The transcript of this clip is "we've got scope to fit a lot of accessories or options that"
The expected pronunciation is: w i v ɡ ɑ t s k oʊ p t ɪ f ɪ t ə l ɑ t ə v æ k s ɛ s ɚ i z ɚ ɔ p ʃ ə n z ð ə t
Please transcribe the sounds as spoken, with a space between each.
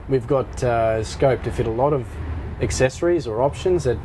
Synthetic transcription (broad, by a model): w i v ɡ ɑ t s k oʊ p t ɪ f ɪ t ə l ɑ t ə v æ k s ɛ s ɚ i z ɚ ɔ p ʃ ə n z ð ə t